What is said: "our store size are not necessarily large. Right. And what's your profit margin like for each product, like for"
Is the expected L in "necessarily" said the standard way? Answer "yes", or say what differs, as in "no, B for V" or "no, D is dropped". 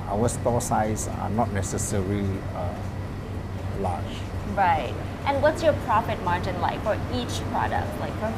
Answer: no, L is dropped